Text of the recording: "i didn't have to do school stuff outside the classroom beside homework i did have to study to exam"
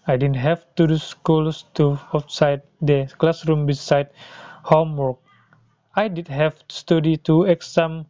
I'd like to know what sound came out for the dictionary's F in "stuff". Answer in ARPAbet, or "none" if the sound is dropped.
none